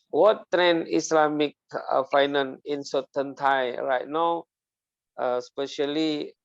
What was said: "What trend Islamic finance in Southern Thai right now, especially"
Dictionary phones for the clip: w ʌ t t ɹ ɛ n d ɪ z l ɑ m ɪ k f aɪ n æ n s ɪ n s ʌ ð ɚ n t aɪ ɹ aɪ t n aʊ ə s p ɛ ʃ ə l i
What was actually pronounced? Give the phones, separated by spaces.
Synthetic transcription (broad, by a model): w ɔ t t ɹ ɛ n ɪ s l ɑ m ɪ k f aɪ n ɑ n ɪ n s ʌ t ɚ n t aɪ ɹ aɪ t n aʊ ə s p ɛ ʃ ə l i